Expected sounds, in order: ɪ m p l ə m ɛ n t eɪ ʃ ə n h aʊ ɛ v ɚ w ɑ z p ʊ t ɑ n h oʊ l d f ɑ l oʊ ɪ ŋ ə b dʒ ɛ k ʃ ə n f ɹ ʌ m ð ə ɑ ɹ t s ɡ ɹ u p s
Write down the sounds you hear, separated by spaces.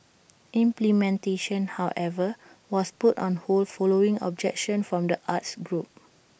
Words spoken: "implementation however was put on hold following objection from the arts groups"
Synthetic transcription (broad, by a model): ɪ m p l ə m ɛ n t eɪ ʃ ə n h aʊ ɛ v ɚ w ɑ s p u t ɑ n h oʊ l f ɑ l oʊ ɪ ŋ ə b dʒ ɛ k ʃ ə n f ɹ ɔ m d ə ɑ t s ɡ ɹ u p